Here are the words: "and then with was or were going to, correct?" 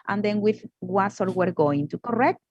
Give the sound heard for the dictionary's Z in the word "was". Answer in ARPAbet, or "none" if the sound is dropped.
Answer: S